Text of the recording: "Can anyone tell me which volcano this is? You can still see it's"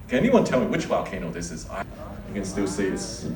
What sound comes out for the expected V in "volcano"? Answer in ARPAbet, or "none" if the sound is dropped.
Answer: W